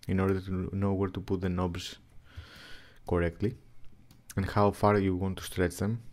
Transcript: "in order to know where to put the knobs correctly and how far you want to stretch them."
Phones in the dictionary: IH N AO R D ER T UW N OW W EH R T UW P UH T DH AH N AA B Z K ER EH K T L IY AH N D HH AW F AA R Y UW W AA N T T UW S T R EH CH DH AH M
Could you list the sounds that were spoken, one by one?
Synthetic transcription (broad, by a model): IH N AO R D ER T UW N OW W EH R T UW P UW T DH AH N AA B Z K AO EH K T L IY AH N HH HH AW F AA R Y UW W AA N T T UW S T R EH CH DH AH M